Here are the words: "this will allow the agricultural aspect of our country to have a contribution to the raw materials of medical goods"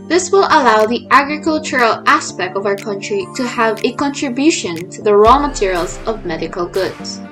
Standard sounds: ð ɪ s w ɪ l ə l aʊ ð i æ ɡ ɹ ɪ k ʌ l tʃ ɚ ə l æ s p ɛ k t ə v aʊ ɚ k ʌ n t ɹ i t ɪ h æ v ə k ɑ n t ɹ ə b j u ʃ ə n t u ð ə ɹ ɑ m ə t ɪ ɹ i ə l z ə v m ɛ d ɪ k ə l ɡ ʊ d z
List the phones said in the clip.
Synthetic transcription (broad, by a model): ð ɪ s w ɪ l ə l aʊ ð i æ ɡ ɹ ɪ k ʌ l tʃ ɚ ə l æ s p ɛ k t ə v aʊ ɚ k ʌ n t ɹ i t ɪ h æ v ə k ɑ n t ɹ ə b j u ʃ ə n t u ð ə ɹ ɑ m ə t ɪ ɹ i ə l z ə v m ɛ d ɪ k ə l ɡ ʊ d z